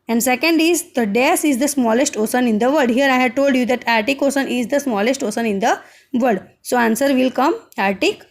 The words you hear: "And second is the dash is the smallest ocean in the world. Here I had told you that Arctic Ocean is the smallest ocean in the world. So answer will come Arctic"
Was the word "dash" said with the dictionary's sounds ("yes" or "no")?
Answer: no